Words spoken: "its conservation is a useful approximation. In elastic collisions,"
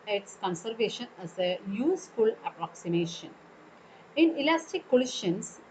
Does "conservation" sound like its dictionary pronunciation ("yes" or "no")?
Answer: yes